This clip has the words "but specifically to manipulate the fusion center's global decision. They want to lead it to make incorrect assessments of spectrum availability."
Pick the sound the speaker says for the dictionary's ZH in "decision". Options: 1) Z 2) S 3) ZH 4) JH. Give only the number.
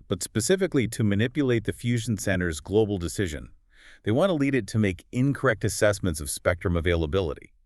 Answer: 3